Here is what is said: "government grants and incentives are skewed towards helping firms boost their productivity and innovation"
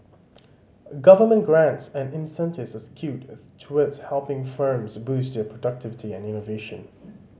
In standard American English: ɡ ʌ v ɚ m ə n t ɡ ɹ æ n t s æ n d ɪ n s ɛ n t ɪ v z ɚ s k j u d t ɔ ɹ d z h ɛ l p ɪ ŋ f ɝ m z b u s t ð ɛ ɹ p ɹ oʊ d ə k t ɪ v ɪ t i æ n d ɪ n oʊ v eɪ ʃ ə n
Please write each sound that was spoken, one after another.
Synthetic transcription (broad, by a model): ɡ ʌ v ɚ m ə n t ɡ ɹ æ n t s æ n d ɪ n s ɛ n t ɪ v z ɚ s k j u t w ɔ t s h ɛ l p ɪ ŋ f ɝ m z b u s t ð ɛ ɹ p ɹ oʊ d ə k t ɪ v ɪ t i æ n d ɪ n oʊ v eɪ ʃ ə n